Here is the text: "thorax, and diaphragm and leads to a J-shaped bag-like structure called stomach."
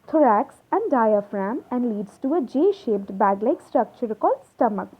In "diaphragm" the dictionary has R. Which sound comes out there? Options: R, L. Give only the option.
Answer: R